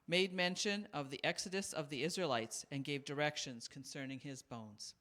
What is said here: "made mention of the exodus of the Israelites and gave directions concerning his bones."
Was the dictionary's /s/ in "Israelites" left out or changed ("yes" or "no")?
no